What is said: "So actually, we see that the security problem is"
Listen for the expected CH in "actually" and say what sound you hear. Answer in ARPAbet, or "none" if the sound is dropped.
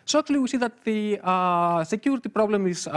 none